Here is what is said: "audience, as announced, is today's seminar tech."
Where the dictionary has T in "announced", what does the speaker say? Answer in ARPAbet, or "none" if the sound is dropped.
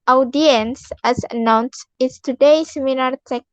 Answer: none